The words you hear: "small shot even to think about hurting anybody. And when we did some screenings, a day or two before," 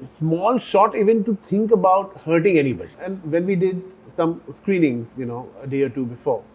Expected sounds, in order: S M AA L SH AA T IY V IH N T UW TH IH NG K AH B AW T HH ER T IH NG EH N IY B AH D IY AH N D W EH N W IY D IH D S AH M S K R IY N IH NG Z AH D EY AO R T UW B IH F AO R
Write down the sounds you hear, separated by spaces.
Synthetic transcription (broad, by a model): S M AA L SH AA T IY V IH N T UW T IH NG K AH B AW T HH ER T IH NG EH N IY B AH D IY AH N D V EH N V IY D IH D S AH M S K R IY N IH NG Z AH D EY AO R T UW B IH F AO R